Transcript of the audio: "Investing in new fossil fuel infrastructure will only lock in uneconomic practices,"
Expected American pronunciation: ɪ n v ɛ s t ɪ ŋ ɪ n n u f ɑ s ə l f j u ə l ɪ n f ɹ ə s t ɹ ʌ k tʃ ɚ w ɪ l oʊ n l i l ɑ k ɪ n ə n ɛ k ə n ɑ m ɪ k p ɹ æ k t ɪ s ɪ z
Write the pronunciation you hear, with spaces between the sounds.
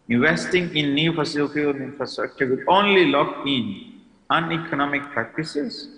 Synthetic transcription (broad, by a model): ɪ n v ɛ s t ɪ ŋ ɪ n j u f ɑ s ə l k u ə n ɪ n f ɹ ə s t ɹ ʌ k tʃ ɚ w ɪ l oʊ n l i l ɑ k ɪ n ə n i k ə n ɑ m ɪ k p ɹ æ k t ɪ s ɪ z